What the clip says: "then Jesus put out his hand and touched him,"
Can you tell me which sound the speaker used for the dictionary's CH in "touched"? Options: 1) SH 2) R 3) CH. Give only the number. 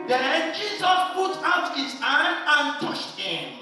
1